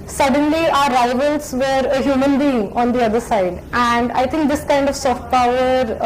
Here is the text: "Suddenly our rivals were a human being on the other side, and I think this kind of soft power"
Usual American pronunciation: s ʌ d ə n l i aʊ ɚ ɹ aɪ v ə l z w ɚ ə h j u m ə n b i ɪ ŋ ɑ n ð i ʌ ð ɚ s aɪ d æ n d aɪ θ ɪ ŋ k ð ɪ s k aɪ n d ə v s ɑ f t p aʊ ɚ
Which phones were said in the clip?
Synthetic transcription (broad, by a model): s ʌ d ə n l i aʊ ɚ ɹ aɪ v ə l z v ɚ ə h j u m ə n b i ɪ ŋ ɑ n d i ʌ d ɚ s aɪ d æ n d aɪ t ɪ ŋ k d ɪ s k aɪ n d ə v s ɑ f t p aʊ ɚ